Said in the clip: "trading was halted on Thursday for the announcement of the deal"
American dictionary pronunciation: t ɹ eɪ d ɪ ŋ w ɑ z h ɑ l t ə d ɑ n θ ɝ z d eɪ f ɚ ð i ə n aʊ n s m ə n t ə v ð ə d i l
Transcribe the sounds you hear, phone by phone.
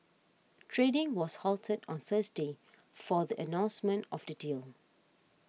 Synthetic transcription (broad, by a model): t ɹ eɪ d ɪ ŋ w ɑ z h ɑ l t ə d ɑ n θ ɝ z d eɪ f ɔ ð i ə n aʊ n s m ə n t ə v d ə d i l